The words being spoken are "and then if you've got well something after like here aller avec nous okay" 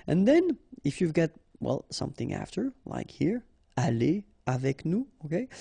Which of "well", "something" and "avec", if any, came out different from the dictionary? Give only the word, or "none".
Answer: none